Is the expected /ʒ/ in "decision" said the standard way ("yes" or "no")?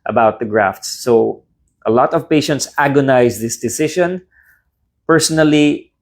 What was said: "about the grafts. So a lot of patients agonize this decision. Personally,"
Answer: no